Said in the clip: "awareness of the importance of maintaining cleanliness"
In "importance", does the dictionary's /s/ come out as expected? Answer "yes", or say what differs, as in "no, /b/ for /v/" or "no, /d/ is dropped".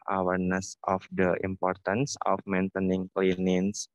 yes